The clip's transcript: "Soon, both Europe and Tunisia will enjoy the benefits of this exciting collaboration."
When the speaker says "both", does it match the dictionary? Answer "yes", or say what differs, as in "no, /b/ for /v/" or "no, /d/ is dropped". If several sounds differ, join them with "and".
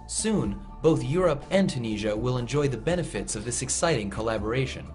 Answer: yes